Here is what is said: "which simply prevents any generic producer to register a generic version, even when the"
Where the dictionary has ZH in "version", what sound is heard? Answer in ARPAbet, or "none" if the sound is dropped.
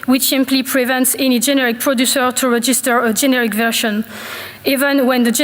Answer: SH